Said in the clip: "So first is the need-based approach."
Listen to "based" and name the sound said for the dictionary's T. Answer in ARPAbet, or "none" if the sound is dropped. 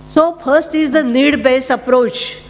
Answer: none